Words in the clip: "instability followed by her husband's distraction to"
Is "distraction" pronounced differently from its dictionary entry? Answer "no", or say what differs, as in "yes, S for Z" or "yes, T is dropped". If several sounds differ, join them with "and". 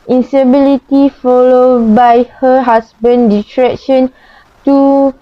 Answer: yes, S is dropped